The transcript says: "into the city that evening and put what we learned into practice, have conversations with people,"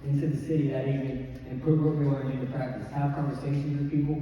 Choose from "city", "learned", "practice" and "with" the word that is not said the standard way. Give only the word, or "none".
learned